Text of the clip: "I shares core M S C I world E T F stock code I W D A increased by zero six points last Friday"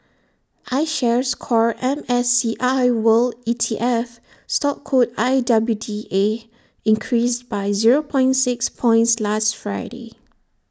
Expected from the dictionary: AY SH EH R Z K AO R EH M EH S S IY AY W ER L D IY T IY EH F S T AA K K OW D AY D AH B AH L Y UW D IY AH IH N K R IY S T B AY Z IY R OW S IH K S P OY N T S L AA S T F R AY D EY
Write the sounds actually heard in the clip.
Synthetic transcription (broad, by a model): AY SH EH R S K AO R EH M EH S S IY AY W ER L IY T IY EH F S T AA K K OW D AY D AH B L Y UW D IY AH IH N K R IY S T B AY Z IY R OW S IH K S P OY N T S L AA S T F R AY D EY